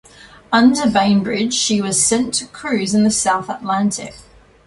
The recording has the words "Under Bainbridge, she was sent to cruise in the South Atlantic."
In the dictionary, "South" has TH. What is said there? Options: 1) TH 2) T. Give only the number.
1